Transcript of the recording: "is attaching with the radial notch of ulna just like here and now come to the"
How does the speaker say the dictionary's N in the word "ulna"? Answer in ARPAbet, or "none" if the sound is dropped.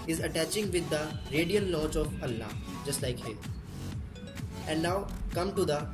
none